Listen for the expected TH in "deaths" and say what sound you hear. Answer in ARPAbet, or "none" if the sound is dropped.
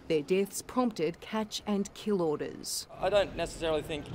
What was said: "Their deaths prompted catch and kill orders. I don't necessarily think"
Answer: TH